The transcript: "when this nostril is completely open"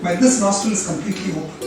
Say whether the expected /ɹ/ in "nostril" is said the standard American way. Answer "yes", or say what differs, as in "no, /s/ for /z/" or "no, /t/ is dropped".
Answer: no, /ɹ/ is dropped